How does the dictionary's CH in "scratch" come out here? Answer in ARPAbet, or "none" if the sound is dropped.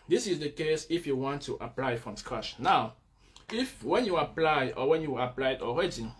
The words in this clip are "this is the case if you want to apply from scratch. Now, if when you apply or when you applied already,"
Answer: SH